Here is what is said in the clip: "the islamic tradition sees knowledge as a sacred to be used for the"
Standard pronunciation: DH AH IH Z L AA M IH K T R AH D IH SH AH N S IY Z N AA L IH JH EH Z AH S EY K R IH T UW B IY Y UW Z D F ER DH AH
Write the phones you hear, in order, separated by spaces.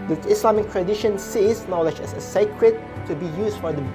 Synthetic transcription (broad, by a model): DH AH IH S L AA M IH K T R AH D IH SH AH N S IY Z N AA L IH JH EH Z AH S EY K R IH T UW B IY Y UW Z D F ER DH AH